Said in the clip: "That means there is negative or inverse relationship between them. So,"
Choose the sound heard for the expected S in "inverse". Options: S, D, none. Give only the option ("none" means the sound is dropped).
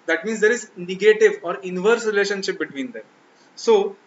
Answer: S